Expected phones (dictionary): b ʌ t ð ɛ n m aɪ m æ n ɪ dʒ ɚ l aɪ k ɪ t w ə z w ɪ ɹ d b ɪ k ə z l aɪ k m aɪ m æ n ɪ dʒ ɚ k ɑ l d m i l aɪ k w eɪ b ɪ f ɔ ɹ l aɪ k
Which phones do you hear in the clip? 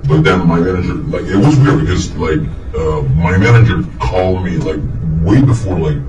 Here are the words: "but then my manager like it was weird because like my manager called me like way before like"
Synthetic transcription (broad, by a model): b ʌ t ð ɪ n m aɪ m æ n ɪ dʒ ɚ l aɪ k ɪ t w ə z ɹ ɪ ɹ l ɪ ə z l aɪ k m aɪ m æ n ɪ dʒ ɚ k ɑ l d m i l aɪ k w eɪ b ɪ f ɔ ɹ l aɪ k